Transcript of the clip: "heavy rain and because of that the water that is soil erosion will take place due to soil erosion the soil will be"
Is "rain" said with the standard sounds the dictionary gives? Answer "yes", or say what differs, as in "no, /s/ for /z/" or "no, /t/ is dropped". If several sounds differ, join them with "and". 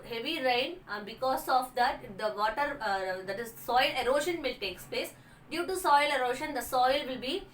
no, /n/ is dropped